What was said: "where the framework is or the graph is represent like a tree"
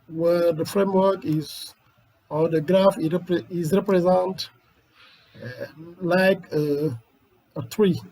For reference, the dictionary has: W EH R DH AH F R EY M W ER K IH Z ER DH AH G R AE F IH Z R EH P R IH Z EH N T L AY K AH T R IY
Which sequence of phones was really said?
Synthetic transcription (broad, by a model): W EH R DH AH F R EY M W ER K IH Z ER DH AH G R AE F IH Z R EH P R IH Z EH N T L AY K AH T R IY